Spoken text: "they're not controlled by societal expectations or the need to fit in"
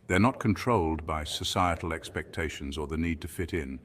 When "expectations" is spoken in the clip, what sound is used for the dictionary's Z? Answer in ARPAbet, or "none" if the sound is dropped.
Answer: Z